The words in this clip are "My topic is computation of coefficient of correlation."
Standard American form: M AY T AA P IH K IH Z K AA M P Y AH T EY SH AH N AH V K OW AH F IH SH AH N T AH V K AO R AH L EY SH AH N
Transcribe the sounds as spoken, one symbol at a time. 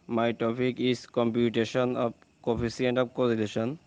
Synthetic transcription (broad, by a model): M AY T AA P IH K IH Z K AA M P Y AH T EY SH AH N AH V K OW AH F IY S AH N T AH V K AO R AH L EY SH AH N